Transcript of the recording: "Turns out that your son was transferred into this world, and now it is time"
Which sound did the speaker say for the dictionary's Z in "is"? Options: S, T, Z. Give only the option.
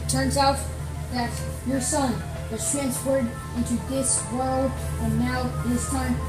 S